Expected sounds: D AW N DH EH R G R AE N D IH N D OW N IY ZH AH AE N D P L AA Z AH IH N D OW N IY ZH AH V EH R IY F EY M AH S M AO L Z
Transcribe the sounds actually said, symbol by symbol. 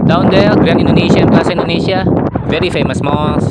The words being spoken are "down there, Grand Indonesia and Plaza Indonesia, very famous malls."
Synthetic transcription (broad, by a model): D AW N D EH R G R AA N IH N D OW N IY SH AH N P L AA S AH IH N D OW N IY SH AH V EH R IY F EY M AH S M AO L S